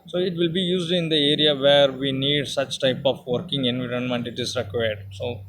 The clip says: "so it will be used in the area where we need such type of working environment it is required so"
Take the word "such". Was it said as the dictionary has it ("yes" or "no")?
yes